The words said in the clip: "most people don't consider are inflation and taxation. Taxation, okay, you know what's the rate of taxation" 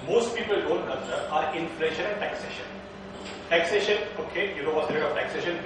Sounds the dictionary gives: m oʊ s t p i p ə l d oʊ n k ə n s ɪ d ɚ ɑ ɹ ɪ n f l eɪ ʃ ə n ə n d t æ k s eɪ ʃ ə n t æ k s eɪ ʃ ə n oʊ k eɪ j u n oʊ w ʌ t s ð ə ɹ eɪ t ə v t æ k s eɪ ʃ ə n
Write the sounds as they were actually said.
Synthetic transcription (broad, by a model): m oʊ s t p i p ə l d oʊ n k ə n ʌ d ɑ ɹ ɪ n f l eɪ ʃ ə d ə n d t æ k s eɪ ʃ ə n t æ k s eɪ ʃ ə n oʊ k eɪ j u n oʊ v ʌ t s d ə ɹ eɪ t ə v t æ k s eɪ ʃ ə n